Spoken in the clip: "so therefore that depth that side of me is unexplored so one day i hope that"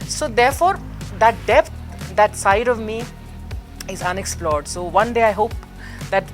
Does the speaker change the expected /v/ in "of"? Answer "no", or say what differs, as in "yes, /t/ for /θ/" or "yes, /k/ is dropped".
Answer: no